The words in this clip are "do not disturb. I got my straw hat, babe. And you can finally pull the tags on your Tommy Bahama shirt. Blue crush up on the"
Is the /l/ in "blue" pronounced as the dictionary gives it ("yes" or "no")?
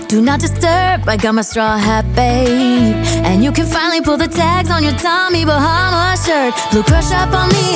yes